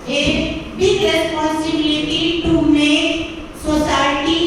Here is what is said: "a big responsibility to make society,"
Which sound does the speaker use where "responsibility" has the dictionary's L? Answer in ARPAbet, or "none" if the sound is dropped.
none